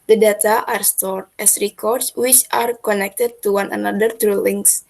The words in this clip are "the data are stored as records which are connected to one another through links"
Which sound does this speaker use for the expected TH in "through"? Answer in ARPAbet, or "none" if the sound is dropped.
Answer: T